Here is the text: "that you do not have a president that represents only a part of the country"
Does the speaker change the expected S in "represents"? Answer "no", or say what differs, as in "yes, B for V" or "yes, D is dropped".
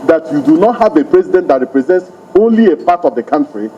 no